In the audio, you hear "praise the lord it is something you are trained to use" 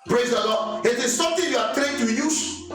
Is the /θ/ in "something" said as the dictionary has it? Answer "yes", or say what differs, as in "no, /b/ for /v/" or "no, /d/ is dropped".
no, /t/ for /θ/